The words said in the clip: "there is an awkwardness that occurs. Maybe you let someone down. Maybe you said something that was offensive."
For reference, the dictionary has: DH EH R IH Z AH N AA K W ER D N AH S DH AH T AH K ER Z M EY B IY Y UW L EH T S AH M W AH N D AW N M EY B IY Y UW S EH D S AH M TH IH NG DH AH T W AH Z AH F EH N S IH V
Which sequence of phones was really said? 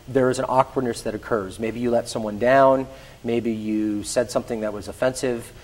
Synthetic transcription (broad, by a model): DH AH R IH Z AH N AA K W ER D N AH S DH AH T AH K ER Z M EY B IY Y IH L EH T S AH M W AH N D AW N M EY B IY Y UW S EH D S AH M TH IH NG DH AH T W AH Z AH F EH N S IH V